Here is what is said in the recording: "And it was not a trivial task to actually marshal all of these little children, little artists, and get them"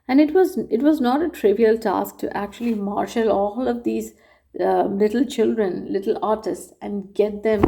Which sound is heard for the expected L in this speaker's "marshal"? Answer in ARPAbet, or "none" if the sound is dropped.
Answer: L